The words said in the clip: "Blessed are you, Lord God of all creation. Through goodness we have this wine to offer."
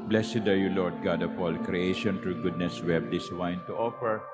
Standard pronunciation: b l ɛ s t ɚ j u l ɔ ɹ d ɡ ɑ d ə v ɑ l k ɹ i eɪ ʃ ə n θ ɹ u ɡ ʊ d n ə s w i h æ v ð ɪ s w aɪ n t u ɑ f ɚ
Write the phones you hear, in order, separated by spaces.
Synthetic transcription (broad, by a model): b l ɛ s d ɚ j u l ɔ ɹ d ɡ ɑ d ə p ɑ l k ɹ i eɪ ʃ ə n t ɹ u ɡ ʊ d n ə s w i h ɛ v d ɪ s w aɪ n t u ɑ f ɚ